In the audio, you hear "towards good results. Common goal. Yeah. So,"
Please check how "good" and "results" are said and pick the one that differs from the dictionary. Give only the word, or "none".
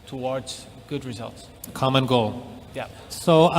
none